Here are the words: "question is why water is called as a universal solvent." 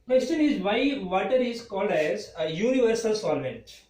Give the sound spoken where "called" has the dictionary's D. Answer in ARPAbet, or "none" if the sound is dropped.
D